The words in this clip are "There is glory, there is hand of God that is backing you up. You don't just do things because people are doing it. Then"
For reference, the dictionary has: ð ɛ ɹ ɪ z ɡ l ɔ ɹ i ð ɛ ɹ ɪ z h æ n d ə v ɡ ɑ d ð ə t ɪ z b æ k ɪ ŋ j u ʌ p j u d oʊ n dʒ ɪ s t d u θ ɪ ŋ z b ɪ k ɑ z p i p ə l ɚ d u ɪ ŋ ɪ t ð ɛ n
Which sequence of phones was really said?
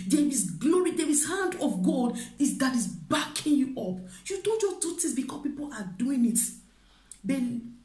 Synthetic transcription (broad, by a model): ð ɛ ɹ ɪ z ɡ l ɔ ɹ i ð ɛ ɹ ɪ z h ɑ n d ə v ɡ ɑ d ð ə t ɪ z b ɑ k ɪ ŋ j u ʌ p j u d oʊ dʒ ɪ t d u t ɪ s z b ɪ k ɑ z p i p ə l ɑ d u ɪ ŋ ɪ t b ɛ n